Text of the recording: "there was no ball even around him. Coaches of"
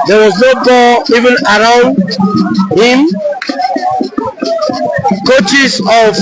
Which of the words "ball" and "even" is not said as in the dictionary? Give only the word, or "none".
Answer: ball